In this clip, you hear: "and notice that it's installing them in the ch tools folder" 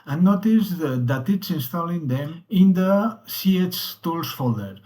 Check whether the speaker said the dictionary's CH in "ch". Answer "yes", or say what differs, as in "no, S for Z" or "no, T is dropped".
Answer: no, S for CH